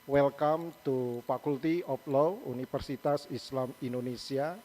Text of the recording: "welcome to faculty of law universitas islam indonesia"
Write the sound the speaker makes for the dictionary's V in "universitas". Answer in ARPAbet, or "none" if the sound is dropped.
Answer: F